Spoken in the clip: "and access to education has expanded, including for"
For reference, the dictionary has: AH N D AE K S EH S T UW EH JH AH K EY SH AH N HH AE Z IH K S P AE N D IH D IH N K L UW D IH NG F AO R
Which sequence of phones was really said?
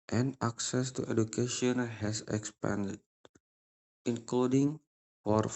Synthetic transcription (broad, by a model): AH N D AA K S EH S T UW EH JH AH K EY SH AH N HH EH S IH K S P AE N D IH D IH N K L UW D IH NG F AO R